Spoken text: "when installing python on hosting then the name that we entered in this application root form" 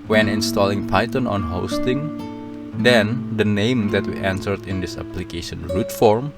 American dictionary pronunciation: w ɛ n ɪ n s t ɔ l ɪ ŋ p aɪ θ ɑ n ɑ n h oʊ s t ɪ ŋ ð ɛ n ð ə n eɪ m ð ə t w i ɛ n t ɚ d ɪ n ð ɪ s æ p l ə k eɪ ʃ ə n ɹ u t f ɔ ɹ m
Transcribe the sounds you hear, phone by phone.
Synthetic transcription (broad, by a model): w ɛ n ɪ n s t ɔ l ɪ ŋ p aɪ t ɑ n ɑ n h oʊ s t ɪ ŋ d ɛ n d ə n eɪ m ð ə t w i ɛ n s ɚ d ɪ n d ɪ s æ p l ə k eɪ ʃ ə n ɹ u t f ɔ ɹ m